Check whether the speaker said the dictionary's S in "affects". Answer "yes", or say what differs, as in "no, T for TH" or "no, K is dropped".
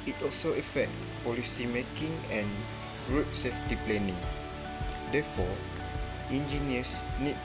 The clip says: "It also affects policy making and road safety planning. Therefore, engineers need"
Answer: no, S is dropped